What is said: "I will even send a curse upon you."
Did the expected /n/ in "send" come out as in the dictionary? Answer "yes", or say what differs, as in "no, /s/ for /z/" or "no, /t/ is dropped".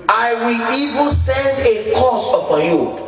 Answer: yes